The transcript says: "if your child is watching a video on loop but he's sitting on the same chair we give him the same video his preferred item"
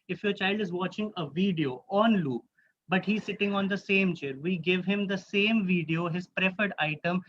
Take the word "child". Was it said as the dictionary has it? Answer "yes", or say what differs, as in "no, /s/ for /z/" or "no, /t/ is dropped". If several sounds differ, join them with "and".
yes